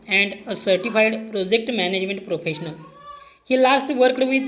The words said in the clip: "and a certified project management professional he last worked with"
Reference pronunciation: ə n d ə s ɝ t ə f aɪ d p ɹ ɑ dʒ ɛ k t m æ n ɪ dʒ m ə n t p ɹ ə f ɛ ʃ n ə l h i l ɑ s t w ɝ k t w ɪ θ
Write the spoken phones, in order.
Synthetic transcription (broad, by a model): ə n d ə s ɝ t ə f aɪ d p ɹ ɑ dʒ ɛ k t m æ n ɪ dʒ m ə n t p ɹ ə f ɛ ʃ n ə l h i l ɑ s t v ɝ k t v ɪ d